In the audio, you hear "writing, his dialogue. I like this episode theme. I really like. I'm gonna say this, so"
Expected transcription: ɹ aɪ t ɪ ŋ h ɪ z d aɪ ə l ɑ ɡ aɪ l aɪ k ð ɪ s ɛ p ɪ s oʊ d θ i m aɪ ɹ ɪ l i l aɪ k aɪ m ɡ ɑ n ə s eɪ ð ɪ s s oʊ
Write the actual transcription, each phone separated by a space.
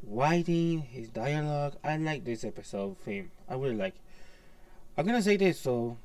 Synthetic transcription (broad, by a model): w aɪ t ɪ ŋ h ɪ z d aɪ ə l ɑ ɡ aɪ l aɪ k ð ɪ s ɛ p ɪ s oʊ d f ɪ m aɪ w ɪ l l aɪ k aɪ m ɡ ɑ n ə s eɪ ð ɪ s s oʊ